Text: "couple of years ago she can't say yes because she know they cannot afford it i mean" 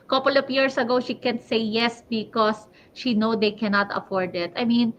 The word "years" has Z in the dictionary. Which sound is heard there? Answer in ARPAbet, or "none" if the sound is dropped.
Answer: S